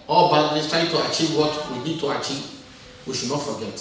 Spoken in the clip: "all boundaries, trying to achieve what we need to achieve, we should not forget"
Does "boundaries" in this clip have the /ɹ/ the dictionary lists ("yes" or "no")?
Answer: no